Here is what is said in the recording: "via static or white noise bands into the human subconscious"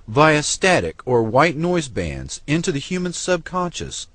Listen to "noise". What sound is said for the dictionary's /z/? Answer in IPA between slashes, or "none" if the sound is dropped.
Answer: /z/